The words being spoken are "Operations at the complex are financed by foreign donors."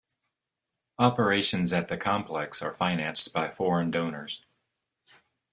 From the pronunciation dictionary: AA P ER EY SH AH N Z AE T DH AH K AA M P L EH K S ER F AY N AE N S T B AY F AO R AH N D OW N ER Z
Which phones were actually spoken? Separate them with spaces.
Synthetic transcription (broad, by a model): AA P ER EY SH AH N Z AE T DH AH K AA M P L EH K S ER F AY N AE N S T B AY F AO R AH N D OW N ER Z